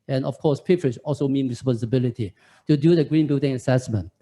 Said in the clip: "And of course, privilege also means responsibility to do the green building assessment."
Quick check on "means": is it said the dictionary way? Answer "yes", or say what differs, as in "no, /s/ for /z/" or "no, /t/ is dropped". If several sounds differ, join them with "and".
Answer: no, /z/ is dropped